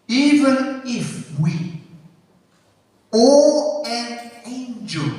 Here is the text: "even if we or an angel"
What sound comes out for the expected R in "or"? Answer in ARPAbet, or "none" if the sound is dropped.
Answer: L